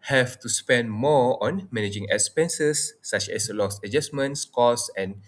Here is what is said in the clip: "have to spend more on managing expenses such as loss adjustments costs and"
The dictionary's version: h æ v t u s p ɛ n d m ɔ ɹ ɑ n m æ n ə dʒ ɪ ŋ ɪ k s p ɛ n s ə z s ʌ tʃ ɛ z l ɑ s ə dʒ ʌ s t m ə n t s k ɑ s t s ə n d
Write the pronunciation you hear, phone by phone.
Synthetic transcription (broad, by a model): h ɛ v t u s p ɛ n d m ɔ ɑ n m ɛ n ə dʒ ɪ ŋ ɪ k s p ɛ n s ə s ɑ tʃ ɛ s l ɑ s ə dʒ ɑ s m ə n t s k ɑ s s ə n